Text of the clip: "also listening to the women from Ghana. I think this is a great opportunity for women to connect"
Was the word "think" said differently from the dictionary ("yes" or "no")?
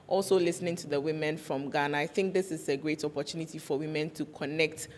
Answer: no